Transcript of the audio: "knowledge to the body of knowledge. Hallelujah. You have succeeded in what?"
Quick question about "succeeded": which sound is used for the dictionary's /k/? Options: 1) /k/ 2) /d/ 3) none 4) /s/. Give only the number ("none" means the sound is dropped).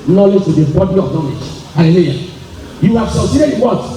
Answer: 3